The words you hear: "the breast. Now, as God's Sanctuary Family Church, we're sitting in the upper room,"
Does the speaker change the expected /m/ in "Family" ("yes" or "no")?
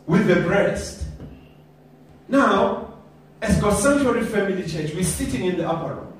no